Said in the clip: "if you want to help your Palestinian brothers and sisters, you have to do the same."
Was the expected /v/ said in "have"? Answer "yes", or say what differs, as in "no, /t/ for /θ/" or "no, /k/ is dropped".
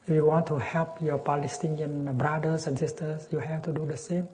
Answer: no, /f/ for /v/